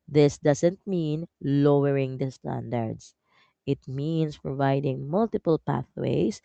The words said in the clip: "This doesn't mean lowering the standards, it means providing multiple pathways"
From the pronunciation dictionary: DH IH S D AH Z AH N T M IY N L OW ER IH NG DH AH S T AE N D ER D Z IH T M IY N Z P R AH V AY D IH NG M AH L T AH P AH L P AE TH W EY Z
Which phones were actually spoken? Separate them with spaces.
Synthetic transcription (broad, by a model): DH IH S D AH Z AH N T M IY N L OW ER IH NG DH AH S T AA N D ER D S IH T M IY N S P R AH V AY D IH NG M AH L T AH P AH L P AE TH W EY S